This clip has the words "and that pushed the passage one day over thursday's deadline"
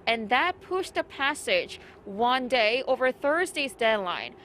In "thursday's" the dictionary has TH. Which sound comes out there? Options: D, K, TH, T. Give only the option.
TH